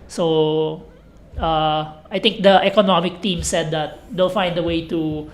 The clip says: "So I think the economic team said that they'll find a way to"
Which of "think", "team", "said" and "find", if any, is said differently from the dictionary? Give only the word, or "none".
think